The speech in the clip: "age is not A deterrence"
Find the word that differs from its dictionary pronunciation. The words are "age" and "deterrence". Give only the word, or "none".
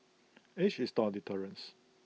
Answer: age